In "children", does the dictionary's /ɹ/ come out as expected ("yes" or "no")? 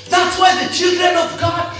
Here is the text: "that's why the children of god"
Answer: yes